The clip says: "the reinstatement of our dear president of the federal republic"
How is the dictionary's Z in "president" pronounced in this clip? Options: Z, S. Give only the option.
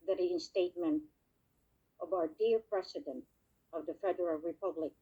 S